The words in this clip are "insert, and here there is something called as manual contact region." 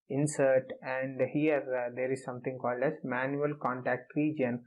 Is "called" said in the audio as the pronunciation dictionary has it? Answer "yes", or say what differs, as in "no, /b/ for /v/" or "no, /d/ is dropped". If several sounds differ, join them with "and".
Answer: yes